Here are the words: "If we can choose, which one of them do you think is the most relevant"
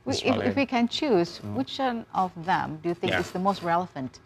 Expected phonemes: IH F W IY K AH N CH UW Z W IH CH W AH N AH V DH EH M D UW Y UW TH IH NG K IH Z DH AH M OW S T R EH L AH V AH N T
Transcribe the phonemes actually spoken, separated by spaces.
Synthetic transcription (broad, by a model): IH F W IY K AH N CH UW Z W IH CH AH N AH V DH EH M D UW Y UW TH IH NG K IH S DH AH M OW S T R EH L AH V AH N T